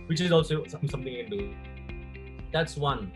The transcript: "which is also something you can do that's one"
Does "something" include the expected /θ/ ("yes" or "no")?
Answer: no